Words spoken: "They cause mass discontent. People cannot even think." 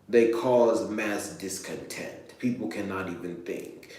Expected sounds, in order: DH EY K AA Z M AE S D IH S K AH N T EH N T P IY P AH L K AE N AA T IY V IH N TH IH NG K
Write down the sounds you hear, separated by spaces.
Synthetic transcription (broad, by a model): DH EY K AA Z M AE S D IH S K AH N T EH N T P IY P L K AE N AA T IY V IH N TH IH NG K